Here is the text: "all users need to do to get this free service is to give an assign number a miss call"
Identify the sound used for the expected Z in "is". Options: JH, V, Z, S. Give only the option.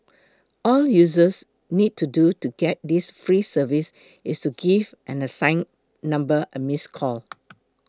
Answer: S